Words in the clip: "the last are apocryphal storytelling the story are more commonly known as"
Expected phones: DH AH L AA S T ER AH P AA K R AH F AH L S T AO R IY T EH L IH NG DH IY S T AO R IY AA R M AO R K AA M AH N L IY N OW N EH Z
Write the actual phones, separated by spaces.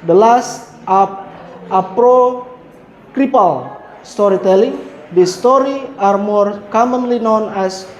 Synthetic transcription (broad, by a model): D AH L AA S T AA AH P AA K R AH P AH L S T AO R IY T EH L IH NG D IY S T AO R IY AA R M AO R K AA M AH N L IY N OW N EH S